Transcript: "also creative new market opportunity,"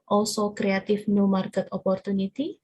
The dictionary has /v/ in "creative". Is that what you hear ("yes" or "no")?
no